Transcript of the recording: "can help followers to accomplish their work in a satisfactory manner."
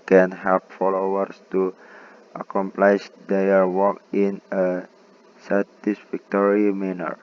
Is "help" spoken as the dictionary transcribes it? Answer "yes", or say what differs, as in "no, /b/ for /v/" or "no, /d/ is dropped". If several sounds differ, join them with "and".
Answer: no, /l/ is dropped